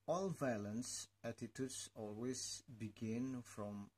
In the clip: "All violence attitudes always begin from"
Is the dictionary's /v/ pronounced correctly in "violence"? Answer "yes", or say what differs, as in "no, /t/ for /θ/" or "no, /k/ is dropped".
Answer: yes